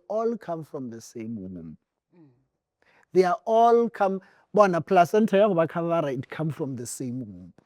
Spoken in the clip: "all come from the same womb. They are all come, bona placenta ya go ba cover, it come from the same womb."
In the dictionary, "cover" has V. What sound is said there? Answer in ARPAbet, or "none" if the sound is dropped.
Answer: B